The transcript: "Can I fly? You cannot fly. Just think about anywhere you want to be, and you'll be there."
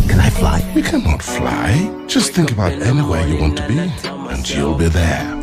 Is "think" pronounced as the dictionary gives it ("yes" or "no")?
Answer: yes